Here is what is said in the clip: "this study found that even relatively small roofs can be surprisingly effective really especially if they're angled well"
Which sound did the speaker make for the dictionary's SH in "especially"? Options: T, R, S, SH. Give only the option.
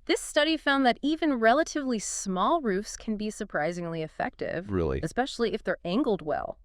SH